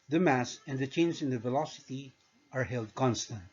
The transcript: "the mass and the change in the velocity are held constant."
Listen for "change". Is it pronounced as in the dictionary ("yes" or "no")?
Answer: no